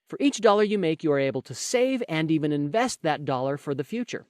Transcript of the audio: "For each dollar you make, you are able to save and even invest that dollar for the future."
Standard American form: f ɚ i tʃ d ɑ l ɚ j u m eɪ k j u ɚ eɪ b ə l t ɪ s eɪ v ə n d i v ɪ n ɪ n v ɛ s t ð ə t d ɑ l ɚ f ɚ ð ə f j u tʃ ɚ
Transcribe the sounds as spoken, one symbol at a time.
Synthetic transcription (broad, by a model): f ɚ i tʃ d ɑ l ɚ j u m eɪ k j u ɚ eɪ b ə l t ɪ s eɪ v ə n d i v ɪ n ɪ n v ɛ s t ð ə t d ɑ l ɚ f ɚ ð ə f j u tʃ ɚ